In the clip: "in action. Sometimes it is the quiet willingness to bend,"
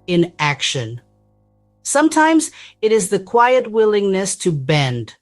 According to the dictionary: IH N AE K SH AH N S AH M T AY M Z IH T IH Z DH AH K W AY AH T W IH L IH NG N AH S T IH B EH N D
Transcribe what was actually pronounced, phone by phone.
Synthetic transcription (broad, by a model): IH N AE K SH AH N S AH M T AY M Z IH T IH Z DH AH K W AY AH T W IH L IH NG N AH S T IH B EH N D